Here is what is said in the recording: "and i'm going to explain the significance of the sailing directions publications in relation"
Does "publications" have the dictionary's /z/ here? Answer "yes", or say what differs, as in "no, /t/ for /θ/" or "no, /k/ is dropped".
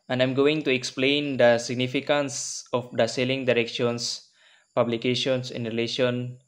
no, /s/ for /z/